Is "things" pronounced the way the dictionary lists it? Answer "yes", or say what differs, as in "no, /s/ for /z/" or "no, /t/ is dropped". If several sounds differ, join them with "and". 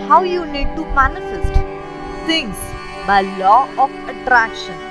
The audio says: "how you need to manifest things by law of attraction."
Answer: no, /s/ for /θ/